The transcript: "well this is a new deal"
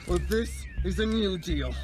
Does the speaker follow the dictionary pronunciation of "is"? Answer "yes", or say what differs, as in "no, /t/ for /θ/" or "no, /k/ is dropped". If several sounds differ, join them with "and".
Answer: yes